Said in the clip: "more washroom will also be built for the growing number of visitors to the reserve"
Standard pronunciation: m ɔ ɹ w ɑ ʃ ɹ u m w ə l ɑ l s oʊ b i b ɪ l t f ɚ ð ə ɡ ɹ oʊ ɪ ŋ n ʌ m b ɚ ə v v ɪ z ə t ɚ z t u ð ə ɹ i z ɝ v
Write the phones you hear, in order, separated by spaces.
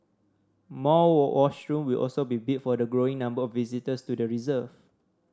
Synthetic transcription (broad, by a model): m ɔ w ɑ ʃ ɹ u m w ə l ɑ l s oʊ b i b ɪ t f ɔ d ə ɡ ɹ oʊ ɪ ŋ n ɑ m b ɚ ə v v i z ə t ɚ s t u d ə ɹ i z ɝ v